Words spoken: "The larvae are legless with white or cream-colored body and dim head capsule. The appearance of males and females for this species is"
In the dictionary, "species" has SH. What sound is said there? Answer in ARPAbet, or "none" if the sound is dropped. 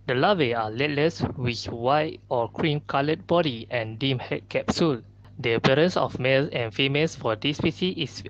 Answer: S